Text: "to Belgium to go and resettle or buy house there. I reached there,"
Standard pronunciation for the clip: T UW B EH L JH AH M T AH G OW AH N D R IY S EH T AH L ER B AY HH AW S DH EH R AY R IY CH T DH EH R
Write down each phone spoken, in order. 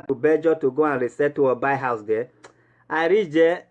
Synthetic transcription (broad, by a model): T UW B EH JH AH T AH G OW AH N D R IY S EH T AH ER B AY HH AW S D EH AY R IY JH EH